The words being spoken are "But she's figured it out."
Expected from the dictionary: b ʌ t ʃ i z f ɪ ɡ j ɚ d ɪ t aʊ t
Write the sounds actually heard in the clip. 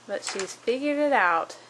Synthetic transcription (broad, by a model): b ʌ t ʃ i z f ɪ ɡ j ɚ ɪ t aʊ t